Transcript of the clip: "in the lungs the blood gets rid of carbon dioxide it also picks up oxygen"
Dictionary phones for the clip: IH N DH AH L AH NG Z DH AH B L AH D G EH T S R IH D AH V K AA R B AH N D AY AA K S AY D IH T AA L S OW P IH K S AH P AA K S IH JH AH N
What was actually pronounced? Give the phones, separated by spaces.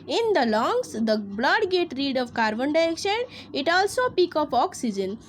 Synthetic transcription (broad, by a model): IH N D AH L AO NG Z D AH B L AH D G EH T R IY D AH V K AA R B AH N D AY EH K SH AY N IH T AA L S OW P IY K AH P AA K S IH JH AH N